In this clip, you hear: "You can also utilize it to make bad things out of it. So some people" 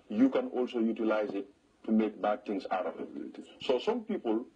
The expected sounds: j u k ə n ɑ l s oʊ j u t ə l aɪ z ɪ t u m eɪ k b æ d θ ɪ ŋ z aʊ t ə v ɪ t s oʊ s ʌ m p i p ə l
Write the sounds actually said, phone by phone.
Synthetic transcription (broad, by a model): j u k ə n ɑ l s oʊ j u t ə l aɪ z ɪ t u m eɪ k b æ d t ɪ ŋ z aʊ t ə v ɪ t s oʊ s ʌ m p i p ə l